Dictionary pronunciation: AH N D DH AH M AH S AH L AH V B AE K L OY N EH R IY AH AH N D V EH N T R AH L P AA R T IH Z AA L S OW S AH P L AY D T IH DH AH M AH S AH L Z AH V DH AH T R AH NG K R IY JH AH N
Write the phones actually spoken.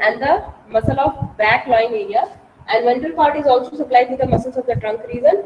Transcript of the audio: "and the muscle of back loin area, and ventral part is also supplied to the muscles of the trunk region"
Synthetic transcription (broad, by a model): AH N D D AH M AH S AH L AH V B AE K L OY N EH R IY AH AH N D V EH N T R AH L P AA R T IH Z AA L S OW S AH P L AY D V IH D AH M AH S AH L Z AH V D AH T R AH NG K R IY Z AH N